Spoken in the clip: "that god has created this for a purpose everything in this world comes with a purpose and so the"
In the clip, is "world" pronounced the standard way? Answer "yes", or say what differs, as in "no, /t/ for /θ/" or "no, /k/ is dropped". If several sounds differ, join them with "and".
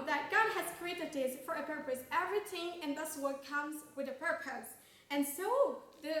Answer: no, /l/ is dropped